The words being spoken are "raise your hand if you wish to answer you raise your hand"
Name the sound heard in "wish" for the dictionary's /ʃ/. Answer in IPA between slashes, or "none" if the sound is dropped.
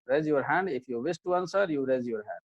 /s/